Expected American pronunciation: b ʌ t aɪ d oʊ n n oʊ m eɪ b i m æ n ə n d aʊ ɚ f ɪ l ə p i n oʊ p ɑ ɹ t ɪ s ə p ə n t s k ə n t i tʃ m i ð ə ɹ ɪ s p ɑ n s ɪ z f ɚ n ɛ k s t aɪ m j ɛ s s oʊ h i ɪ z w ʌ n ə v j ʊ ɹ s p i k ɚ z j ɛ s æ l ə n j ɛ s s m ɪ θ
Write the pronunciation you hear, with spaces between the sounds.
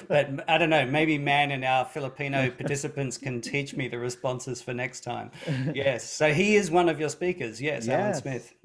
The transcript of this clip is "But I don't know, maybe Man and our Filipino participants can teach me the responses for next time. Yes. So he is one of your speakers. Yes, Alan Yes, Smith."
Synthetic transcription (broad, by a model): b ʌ t aɪ d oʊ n n oʊ m eɪ b i m æ n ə n aʊ ɚ f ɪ l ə p i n oʊ p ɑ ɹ t ɪ s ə p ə n t s k ə n t i tʃ m i ð ə ɹ ɪ s p ɑ n s ɪ z f ɚ n ɛ k s t aɪ m j ɛ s s oʊ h i ɪ z w ʌ n ə v j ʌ ɹ s p i k ɚ z j ɛ s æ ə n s s m ɪ θ